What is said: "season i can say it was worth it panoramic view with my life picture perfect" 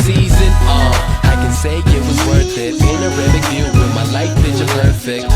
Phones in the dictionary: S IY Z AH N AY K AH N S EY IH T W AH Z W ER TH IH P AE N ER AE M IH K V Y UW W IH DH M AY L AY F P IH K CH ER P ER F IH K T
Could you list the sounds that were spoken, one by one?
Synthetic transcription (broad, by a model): S IY Z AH N AY K AH N S EY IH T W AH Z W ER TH IH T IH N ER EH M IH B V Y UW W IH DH M AY L AY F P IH CH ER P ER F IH K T